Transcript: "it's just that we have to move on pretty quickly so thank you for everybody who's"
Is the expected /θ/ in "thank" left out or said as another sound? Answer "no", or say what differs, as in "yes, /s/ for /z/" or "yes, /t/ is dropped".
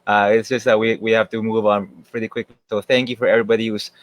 no